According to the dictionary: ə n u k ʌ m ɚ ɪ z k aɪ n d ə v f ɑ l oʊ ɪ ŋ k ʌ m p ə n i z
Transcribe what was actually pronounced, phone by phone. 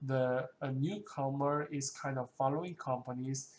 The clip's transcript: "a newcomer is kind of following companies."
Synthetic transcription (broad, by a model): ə n u k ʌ m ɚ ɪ s k aɪ n d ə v f ɑ l oʊ ɪ ŋ k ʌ m p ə n i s